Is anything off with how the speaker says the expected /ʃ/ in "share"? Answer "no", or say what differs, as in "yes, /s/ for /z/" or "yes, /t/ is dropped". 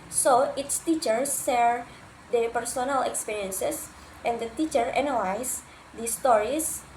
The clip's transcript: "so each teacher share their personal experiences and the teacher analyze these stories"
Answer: yes, /s/ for /ʃ/